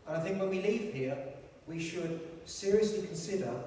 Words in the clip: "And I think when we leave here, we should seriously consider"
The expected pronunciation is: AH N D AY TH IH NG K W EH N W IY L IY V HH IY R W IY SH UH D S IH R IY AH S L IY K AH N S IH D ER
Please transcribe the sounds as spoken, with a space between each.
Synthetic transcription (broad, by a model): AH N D AY TH IH NG K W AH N W IY L IY V HH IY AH W IY SH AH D S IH R IY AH S L IY K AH N S IH D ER